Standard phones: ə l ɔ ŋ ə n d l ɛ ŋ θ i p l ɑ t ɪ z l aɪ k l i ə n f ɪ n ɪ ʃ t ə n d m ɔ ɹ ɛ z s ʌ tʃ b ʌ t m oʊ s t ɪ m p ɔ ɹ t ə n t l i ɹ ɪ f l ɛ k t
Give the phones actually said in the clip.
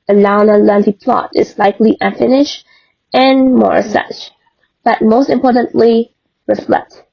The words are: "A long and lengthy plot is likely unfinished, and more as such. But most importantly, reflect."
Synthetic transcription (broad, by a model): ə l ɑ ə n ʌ l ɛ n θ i p l ɑ t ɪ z l aɪ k l i ə n f ɪ n ɪ ʃ t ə n m ɔ ɹ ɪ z s ʌ tʃ b ʌ t m oʊ s t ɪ m p ɔ ɹ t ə n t l i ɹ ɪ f l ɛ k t